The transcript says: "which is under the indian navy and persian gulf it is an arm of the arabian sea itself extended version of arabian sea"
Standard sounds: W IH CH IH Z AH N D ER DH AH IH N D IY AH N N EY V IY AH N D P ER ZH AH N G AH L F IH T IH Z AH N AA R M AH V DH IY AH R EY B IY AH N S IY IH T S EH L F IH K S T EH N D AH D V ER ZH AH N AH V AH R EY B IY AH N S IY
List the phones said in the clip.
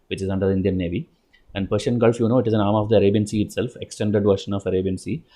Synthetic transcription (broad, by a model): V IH CH IH Z AH N D ER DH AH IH N D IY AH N N EY V IY AH N D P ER SH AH N G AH L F IH T IH Z AH N AA R M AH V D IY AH R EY B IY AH N S IY IH T S EH L F IH K S T EH N D AH D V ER SH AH N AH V AH R EY B IY AH N S IY